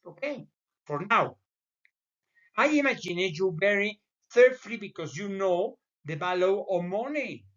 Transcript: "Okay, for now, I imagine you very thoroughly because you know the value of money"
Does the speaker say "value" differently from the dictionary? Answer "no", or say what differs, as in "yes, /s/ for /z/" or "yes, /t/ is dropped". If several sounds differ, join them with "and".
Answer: yes, /b/ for /v/